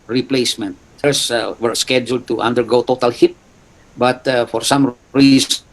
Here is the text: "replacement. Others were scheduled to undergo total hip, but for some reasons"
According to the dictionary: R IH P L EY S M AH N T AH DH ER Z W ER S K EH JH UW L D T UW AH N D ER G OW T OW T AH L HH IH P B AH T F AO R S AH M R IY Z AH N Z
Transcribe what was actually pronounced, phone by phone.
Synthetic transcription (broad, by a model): R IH P L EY S M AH N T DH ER S W ER S K EH JH UW L D T UW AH N D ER G OW T OW T AH L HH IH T B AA T F AO R S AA M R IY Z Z